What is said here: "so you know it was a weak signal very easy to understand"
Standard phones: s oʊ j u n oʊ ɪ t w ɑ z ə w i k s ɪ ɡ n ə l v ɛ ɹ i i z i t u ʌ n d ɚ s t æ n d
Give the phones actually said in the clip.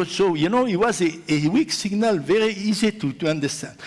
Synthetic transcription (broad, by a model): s oʊ j u n oʊ ɪ t w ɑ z ə w i k s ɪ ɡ n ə l v ɛ ɹ i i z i t u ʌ n d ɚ s t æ n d